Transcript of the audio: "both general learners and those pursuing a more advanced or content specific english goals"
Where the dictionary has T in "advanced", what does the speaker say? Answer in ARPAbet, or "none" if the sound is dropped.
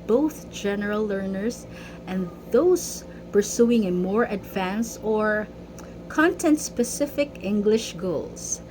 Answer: none